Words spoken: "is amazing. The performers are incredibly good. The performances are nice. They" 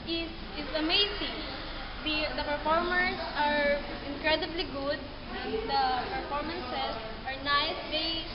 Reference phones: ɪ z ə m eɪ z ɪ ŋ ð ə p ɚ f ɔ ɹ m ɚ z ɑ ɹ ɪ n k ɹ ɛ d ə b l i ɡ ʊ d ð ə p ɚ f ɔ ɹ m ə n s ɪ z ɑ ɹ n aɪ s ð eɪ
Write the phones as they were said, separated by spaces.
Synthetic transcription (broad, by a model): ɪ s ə m eɪ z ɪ ŋ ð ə p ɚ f ɔ ɹ m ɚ s ɑ ɹ ɪ n k ɹ ɛ d ə b l i ɡ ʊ d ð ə p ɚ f ɔ ɹ m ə n s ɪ s ɑ ɹ n aɪ s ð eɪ